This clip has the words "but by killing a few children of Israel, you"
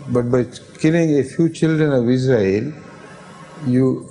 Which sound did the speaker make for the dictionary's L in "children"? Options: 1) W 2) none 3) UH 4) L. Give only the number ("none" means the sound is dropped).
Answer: 4